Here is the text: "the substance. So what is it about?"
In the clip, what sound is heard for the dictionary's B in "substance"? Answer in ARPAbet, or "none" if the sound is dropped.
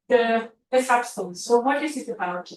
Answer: none